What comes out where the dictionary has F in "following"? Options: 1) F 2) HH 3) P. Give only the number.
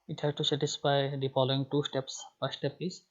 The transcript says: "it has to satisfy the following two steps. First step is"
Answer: 3